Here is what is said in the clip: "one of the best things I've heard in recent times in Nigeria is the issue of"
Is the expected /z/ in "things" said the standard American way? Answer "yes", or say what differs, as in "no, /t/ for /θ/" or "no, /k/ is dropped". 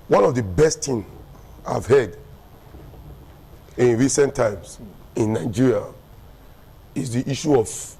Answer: no, /z/ is dropped